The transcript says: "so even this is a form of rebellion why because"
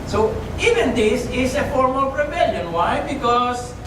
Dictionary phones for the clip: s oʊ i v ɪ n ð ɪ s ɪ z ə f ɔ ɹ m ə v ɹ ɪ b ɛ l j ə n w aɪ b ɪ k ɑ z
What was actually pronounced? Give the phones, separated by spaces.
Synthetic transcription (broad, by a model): s oʊ i v ɪ n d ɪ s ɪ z ə f ɔ ɹ m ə p ɹ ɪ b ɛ l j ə n w aɪ b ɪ k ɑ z